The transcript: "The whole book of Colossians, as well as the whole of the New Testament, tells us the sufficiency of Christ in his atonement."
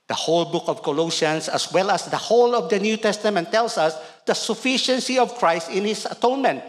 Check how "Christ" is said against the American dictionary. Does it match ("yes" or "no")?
yes